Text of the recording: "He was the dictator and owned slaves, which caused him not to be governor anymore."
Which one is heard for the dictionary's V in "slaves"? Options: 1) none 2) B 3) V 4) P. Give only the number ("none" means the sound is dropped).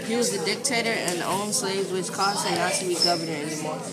3